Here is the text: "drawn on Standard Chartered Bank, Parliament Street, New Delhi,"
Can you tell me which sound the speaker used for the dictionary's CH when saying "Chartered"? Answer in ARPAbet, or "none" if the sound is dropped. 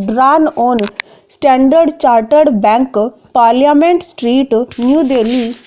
CH